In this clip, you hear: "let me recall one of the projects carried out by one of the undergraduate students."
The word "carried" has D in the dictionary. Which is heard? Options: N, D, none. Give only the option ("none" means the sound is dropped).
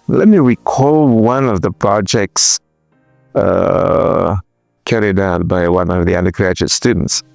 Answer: D